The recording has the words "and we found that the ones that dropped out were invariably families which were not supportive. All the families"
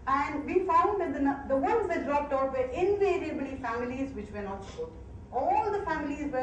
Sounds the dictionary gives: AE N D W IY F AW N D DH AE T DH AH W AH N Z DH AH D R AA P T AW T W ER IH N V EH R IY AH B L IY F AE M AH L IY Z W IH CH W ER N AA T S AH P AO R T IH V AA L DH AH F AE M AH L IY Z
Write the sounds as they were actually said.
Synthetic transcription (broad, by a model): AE N D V IY F AW N D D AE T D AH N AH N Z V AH D R AA P T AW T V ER IH N V EH R IY AH B L IY F AE M AH L IY Z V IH CH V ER N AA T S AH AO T AA L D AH F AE M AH L IY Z